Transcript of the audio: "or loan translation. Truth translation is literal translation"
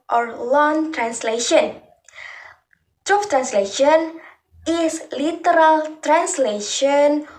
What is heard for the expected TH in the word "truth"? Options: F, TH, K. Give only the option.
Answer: F